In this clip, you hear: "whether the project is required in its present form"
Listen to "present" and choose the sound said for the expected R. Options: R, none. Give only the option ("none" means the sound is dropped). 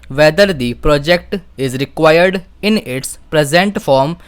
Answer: R